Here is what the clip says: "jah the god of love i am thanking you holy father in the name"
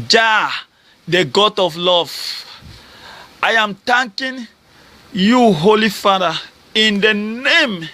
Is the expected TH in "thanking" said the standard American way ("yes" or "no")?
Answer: no